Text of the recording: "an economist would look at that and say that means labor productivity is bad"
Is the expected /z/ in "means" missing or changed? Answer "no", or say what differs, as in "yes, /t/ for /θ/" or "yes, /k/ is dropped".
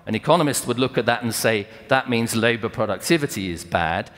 no